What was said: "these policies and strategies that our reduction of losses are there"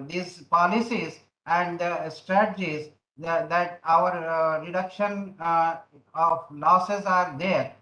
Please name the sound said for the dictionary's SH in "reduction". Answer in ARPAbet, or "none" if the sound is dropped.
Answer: SH